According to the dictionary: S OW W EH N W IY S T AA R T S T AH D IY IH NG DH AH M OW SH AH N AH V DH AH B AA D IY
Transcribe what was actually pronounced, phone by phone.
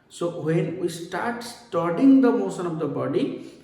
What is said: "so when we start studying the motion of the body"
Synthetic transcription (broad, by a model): S OW W EH N W IY S T AA R T S T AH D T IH NG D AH M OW S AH N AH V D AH B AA D IY